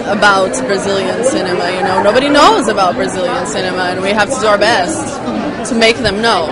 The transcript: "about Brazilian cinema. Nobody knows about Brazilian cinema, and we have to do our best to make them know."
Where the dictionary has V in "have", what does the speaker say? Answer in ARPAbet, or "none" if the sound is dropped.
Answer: F